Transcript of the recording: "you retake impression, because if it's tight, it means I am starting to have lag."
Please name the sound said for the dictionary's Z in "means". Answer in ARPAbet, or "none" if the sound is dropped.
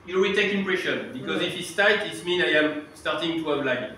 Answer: none